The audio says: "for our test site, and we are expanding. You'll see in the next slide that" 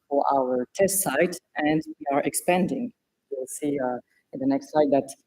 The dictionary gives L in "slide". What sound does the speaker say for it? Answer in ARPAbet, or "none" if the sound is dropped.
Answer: none